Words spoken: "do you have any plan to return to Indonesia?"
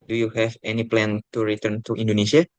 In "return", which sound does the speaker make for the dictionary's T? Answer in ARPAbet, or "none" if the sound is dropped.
T